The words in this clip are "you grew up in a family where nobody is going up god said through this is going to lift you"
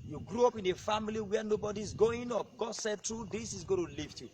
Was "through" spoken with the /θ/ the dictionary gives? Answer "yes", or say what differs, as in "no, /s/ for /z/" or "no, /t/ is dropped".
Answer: no, /t/ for /θ/